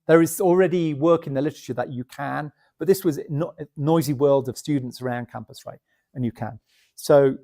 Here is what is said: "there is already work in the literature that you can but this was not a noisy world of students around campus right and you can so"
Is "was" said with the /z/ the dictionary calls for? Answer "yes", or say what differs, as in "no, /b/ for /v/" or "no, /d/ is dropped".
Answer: yes